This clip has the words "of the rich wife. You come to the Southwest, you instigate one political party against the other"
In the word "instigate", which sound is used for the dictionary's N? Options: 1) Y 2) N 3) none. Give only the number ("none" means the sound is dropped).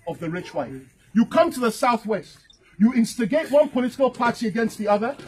2